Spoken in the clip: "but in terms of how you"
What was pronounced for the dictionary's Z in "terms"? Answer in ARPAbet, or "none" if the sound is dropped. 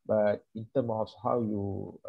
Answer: none